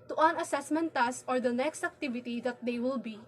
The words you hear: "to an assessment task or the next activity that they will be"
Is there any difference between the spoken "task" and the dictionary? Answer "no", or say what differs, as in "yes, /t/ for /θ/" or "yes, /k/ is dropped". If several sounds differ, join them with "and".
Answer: yes, /k/ is dropped